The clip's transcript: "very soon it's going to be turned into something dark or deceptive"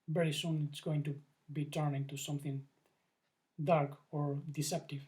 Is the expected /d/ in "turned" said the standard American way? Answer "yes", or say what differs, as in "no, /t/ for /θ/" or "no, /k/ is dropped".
no, /d/ is dropped